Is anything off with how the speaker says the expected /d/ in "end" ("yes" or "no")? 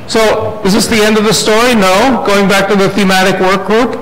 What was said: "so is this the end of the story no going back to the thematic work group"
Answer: no